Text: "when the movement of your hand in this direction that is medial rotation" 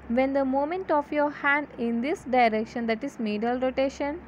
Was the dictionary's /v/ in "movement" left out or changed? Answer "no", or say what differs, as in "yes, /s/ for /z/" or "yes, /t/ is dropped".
yes, /v/ is dropped